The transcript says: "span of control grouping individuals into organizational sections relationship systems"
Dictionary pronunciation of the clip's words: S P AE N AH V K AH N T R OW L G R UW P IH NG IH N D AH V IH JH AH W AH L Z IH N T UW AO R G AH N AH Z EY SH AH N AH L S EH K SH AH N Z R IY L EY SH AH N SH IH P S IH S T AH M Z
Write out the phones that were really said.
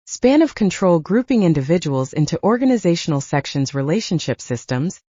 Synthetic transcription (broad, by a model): S P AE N AH V K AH N T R OW L G R UW P IH NG IH N D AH V IH JH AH W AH L Z IH N T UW AO R G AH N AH Z EY SH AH N L S EH K SH AH N Z R IY L EY SH AH N SH IH P S IH S T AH M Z